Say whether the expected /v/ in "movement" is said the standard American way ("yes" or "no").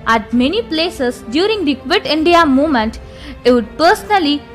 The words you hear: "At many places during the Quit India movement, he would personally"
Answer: no